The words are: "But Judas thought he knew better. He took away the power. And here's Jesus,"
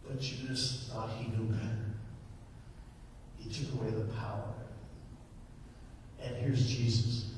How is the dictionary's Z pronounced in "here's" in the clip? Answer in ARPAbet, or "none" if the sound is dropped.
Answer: Z